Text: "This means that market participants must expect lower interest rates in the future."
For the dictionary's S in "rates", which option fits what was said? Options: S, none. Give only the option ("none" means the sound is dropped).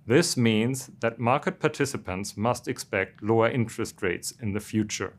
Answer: S